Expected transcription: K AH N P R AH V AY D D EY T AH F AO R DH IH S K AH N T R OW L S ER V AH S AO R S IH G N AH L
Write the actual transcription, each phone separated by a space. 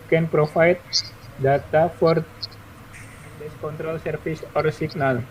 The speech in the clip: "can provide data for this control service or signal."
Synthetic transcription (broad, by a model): K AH N P R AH F AY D D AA T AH F AO R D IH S K AH N T R OW L S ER F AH S AO R S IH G N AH L